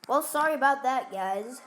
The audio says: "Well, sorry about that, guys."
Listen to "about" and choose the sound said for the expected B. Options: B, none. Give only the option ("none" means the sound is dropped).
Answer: B